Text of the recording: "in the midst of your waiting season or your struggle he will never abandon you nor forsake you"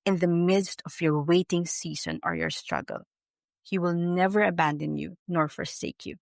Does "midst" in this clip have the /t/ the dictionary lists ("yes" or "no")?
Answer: yes